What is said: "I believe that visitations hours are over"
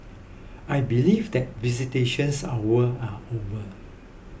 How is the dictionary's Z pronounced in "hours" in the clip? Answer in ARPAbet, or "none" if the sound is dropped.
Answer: none